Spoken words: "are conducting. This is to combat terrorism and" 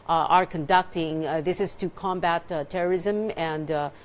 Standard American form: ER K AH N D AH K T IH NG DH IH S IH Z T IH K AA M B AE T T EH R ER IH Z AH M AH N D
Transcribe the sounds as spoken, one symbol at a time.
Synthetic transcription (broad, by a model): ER K AH N D AH K T IH NG DH IH S IH Z T IH K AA M B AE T T EH R ER IH Z AH M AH N D